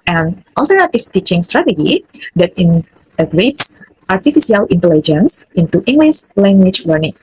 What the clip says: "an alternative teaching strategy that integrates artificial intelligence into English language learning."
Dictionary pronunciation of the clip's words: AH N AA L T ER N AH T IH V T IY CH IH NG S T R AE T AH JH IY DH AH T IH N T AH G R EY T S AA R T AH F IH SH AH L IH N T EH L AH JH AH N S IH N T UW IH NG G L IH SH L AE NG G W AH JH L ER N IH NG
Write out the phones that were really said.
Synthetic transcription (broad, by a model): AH N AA L T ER N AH T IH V T IY CH IH NG S T R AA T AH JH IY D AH T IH N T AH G R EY T S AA R T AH F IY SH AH L IH N T EH L AH JH AH N S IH N T UW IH NG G L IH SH L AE NG G W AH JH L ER N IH NG